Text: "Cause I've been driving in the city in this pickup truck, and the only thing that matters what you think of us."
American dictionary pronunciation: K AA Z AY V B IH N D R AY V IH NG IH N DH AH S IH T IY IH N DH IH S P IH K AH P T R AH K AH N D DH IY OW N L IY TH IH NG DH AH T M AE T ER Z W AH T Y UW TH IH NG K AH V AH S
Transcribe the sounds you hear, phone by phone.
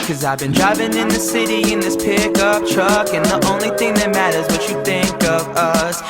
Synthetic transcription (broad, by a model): K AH Z AY V B IH N D R AY V IH NG IH N DH AH S IH T IY IH N DH IH S P IH K AH P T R AH K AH N DH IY OW N L IY TH IH NG DH AH T M AE T ER Z W AH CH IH TH IH NG K AH V AH S